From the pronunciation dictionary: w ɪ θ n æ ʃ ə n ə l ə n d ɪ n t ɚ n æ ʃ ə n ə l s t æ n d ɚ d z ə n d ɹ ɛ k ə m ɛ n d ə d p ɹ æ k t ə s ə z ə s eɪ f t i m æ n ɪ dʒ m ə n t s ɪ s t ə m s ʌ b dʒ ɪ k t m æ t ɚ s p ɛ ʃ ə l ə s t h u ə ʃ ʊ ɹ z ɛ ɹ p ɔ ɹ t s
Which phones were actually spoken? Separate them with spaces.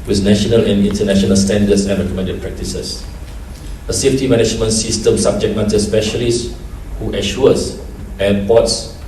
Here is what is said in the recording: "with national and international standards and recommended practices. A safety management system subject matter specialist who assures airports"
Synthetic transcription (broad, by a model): w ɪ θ n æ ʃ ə n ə l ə n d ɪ n t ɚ n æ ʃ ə n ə l s t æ n d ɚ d s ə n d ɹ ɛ k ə m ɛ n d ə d p ɹ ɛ k t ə s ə s ə s eɪ f t i m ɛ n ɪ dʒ m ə n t s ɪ s t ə m s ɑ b dʒ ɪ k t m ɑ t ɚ s p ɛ ʃ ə l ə s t h u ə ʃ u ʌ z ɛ p ɔ t s